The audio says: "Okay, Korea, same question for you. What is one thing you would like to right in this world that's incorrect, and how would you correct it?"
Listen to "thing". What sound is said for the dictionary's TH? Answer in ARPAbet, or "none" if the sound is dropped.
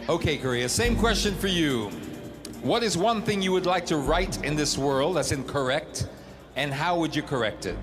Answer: TH